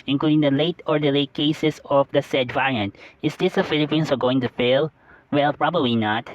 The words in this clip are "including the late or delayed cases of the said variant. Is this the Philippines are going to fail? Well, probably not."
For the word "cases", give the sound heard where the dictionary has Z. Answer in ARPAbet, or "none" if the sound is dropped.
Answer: S